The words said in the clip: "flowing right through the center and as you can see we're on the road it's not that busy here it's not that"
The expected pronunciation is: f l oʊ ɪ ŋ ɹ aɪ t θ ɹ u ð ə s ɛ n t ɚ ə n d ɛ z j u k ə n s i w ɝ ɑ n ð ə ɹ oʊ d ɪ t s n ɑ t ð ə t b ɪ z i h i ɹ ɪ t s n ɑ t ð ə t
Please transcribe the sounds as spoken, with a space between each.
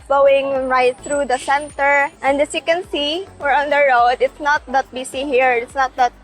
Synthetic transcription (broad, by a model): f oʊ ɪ ŋ ɹ aɪ t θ ɹ u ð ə s ɛ n t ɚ ə n d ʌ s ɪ k ə n s i w ɝ ɑ n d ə ɹ oʊ d ɪ t s n ɑ t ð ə t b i s i h i ɹ ɪ t s n ɑ t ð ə t